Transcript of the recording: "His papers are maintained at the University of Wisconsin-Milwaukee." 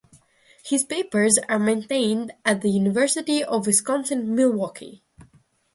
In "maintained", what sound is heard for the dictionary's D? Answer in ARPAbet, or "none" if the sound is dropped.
D